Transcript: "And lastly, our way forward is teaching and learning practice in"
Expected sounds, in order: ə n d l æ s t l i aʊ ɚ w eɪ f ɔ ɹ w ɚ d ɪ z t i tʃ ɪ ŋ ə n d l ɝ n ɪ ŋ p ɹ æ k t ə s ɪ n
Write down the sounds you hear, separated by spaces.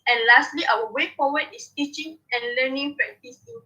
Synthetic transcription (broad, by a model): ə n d l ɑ s t l i aʊ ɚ w eɪ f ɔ w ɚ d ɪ s t i tʃ ɪ ŋ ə n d l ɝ n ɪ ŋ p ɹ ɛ t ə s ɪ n